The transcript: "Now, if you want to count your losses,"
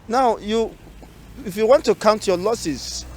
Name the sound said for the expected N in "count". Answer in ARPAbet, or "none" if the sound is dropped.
N